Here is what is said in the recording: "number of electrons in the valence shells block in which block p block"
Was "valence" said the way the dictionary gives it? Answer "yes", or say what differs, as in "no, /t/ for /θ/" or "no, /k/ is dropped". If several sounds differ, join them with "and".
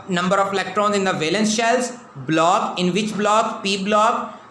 yes